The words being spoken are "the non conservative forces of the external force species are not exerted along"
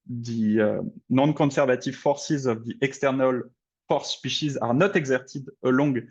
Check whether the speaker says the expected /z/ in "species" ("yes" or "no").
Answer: yes